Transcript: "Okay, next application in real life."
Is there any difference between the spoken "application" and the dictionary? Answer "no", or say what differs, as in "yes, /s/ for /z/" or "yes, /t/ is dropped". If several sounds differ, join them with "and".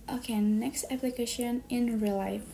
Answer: no